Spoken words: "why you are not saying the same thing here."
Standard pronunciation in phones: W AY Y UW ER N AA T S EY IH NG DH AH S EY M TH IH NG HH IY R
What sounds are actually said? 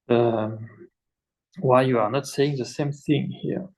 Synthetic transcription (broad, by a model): W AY Y UW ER N AA T S EY IH NG DH AH S EY M TH IH NG HH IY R